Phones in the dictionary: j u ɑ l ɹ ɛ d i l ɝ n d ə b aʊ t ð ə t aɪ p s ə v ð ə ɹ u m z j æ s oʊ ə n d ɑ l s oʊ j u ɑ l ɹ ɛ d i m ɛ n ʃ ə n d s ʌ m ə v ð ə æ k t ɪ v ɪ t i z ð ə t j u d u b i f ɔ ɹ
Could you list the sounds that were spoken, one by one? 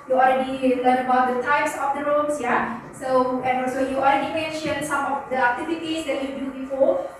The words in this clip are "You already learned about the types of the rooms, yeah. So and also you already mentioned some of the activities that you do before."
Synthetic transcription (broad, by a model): j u ɑ l ɹ ɛ d i l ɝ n ə b aʊ t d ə t aɪ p s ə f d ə ɹ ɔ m s j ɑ s oʊ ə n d ɑ l s oʊ j u ɑ l ɹ ɛ d i m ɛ n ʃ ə n s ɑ m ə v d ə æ k t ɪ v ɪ t i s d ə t j u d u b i f ɔ